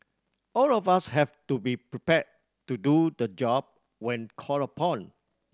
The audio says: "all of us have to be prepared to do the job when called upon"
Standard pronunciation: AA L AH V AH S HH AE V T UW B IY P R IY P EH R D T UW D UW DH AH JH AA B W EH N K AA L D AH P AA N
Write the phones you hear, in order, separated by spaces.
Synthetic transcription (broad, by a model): AA L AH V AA S HH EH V T UW B IY P R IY P EH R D T UW D UW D AH JH AA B W EH N K AA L AH P AA N